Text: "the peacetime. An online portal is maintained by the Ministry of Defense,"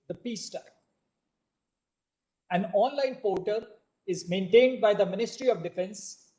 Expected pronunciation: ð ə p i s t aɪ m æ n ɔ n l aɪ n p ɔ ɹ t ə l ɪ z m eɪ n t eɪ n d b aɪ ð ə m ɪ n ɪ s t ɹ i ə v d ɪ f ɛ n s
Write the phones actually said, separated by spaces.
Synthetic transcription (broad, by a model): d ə p i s t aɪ æ n ɔ n l aɪ n p ɔ ɹ t ə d ɪ z m eɪ n t eɪ n d b aɪ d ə m ɪ n ɪ s t ɹ i ə v d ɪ f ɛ n s